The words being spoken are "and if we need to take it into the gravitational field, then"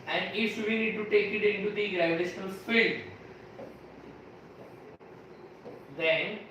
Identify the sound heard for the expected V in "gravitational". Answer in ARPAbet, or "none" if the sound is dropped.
none